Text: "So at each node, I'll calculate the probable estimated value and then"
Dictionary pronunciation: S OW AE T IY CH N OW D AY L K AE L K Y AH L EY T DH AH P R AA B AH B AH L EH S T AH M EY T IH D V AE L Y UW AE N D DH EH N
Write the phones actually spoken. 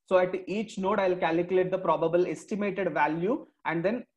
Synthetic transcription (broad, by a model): S OW AE T IY CH N OW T AY L K AE L K Y AH L EY T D AH P R AA B AH B AH L EH S T AH M EY T IH D V AE L Y UW AE N D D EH N